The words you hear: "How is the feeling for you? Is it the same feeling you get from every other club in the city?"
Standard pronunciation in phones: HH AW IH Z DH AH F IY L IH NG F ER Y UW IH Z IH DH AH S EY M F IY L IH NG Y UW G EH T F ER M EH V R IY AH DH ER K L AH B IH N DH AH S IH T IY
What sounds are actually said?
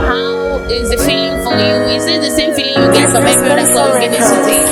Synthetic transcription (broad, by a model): HH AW IH Z DH AH F IY L IH NG F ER Y UW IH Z IH DH AH S EY M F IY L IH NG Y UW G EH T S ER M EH B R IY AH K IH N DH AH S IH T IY